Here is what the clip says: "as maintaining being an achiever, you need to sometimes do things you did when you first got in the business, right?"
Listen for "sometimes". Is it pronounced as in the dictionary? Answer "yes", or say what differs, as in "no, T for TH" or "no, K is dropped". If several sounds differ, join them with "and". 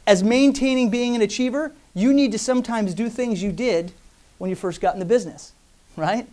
yes